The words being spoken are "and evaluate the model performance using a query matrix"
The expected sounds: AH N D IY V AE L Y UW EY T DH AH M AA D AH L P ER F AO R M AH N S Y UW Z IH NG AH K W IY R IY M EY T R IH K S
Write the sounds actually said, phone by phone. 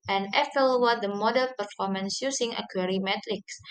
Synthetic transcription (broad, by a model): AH N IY F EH L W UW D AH M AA D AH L P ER F AO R M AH N S Y UW S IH NG AH K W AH R IY M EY T R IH K S